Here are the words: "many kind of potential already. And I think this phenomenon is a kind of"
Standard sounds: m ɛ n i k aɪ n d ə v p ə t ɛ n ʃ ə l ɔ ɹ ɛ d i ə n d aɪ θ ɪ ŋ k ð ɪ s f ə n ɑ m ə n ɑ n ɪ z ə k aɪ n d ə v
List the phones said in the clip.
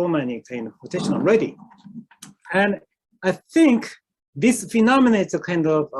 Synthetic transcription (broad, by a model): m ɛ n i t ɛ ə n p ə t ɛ ʃ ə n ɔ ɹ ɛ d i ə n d aɪ θ ɪ ŋ k ð ɪ s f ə n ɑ m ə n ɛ ɪ s ə k aɪ n d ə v